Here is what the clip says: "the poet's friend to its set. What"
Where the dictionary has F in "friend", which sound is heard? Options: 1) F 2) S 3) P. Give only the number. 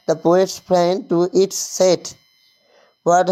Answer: 3